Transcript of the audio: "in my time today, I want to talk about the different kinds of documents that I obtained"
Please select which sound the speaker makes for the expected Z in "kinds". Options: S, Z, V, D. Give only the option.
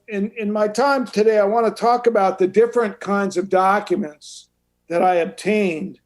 Z